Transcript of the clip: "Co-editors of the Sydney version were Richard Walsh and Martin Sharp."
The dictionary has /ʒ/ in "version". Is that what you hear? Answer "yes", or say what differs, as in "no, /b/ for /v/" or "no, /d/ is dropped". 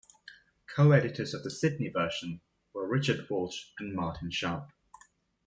no, /ʃ/ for /ʒ/